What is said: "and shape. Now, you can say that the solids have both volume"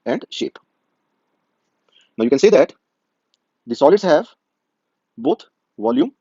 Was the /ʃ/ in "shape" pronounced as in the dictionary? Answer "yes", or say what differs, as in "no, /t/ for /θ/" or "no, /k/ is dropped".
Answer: yes